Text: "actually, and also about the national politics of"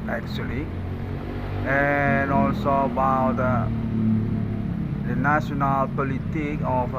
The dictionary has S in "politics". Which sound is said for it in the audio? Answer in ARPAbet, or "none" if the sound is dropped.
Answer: none